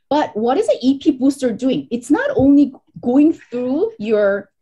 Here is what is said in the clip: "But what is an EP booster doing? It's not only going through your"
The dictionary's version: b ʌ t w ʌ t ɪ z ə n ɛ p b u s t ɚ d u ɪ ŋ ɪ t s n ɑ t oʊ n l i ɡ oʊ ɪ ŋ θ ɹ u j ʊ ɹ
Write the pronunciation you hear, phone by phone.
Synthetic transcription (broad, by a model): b ʌ t w ʌ t ɪ z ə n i p b u s t ɚ d u ɪ ŋ ɪ t s n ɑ t oʊ n l i ɡ oʊ ɪ ŋ θ ɹ u j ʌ ɹ